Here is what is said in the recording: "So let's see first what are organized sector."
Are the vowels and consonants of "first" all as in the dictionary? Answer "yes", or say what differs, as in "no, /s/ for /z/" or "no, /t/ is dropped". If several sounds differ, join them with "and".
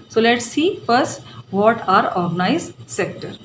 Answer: yes